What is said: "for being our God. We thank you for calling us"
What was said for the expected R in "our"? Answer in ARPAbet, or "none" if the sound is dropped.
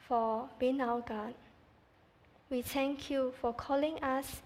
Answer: W